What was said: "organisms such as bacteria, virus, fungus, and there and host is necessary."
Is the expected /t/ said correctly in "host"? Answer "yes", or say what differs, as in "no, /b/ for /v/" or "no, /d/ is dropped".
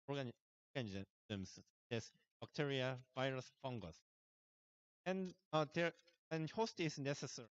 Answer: yes